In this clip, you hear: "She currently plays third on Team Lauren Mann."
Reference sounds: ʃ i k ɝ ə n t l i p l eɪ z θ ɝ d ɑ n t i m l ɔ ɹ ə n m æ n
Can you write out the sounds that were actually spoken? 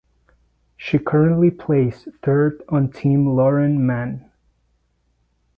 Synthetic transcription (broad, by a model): ʃ i k ɝ ə n t l i p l eɪ s θ ɝ d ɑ n t i m l ɔ ɹ ə n m æ n